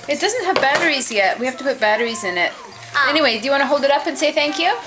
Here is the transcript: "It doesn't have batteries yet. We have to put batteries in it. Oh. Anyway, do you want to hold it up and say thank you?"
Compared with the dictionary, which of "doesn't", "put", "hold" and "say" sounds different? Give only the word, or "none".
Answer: none